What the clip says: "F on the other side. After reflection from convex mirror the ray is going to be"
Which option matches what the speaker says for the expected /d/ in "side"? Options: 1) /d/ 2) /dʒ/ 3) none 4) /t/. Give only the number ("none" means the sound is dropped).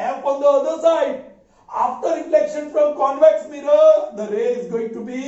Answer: 1